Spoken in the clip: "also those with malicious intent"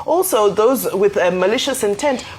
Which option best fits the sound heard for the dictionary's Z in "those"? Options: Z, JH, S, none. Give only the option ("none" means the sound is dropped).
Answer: Z